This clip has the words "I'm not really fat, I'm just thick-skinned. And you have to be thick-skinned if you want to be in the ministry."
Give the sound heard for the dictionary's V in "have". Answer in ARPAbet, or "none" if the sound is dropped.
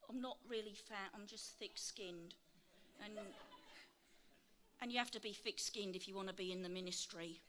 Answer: F